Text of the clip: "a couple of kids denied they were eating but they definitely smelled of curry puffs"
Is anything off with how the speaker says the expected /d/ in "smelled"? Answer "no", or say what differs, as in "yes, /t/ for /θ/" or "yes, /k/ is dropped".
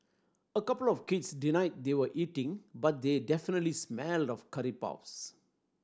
no